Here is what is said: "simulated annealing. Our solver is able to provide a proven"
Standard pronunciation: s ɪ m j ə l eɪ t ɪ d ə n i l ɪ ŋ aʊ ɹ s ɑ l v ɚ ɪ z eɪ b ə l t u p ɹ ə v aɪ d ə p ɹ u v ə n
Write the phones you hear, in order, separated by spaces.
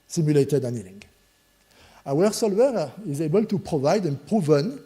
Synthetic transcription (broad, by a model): s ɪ m j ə l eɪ t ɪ d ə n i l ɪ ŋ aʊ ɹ s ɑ l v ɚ ɪ z eɪ b ə l t u p ɹ ə v aɪ d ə p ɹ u v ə n